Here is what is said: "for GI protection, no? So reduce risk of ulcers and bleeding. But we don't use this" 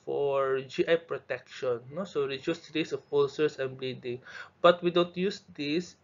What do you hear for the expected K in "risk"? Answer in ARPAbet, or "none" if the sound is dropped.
none